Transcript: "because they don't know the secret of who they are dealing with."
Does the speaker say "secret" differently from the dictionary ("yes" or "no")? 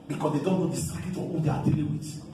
yes